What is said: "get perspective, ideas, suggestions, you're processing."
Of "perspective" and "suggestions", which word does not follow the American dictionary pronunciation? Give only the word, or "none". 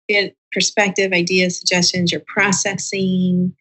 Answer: none